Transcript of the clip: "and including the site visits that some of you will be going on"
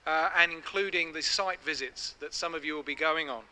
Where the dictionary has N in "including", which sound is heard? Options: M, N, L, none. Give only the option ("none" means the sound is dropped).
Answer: N